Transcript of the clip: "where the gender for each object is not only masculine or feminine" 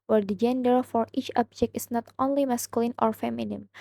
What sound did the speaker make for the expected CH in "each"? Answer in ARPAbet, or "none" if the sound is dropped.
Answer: CH